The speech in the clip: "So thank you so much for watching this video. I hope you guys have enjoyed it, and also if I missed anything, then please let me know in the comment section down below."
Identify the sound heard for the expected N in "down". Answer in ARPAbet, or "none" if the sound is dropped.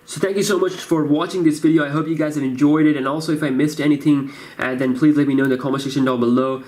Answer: L